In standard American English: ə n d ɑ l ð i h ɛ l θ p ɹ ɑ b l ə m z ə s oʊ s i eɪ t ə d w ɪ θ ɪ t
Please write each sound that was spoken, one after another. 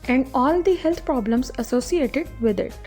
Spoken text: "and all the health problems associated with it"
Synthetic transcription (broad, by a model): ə n d ɑ l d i h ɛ l t p ɹ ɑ b l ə m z ə s oʊ s i eɪ t ə d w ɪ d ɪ t